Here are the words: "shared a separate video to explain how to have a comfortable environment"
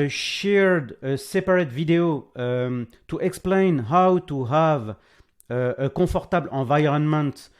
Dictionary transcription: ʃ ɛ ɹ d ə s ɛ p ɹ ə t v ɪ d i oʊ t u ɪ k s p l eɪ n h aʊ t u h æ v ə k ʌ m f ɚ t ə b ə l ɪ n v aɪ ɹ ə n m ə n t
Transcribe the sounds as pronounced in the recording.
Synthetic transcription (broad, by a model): ʃ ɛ ɹ d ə s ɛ p ɹ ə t v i d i oʊ t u ɪ k s p l eɪ n h aʊ t u h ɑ v ə k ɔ f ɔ t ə b l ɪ v aɪ ɹ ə n m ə n t